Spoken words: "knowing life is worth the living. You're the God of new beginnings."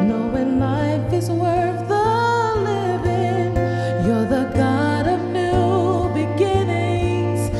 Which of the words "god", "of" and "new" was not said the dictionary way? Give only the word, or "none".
none